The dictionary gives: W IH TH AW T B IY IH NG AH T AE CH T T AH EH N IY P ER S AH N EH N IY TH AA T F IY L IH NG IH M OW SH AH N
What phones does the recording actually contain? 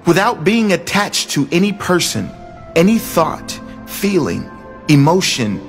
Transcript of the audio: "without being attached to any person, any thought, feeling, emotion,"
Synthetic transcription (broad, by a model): W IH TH AW T B IY IH NG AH T AE CH T T EH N IY P ER S AH N EH N IY TH AA T F IY L IH NG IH M OW SH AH N